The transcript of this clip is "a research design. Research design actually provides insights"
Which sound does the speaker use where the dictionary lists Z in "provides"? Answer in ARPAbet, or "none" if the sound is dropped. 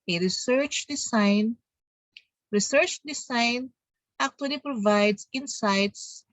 S